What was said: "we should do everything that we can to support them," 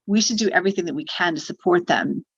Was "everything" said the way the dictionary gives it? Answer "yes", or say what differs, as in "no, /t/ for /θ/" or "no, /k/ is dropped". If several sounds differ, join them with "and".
yes